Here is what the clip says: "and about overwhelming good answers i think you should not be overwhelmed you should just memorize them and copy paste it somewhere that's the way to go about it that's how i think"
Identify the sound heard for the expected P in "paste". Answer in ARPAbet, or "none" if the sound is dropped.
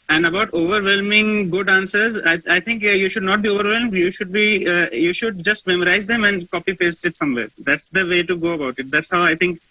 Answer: P